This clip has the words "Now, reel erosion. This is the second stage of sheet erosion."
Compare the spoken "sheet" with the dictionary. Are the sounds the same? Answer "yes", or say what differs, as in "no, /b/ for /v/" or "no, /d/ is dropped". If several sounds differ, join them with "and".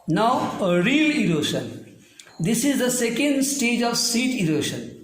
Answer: no, /s/ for /ʃ/